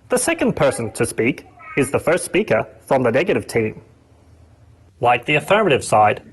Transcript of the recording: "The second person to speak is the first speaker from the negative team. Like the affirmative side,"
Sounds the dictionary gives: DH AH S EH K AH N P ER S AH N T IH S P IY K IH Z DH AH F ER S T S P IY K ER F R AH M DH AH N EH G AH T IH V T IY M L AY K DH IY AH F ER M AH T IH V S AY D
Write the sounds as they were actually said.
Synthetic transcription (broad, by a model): DH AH S EH K AH N P ER S AH N T IH S P IY K IH Z DH AH F ER S T S P IY K ER F R AH M DH AH N EH G AH T IH V T IY M L AY K DH IY AH F ER M AH T IH V S AY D